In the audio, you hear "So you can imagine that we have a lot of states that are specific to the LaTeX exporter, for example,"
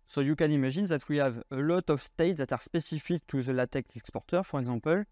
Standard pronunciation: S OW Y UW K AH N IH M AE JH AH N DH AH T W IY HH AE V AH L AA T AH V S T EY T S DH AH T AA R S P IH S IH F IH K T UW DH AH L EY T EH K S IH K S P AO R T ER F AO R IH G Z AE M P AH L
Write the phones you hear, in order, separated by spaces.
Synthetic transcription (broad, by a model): S OW Y UW K AH N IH M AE ZH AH N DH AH T W IY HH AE V AH L AA T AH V S T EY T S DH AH T AA R S P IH S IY F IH K T UW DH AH L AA T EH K IH K S P AO R T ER F AO R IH G Z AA P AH L